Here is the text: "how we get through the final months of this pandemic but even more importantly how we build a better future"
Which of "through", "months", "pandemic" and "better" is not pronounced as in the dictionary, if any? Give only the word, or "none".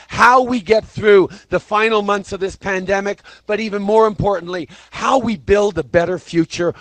none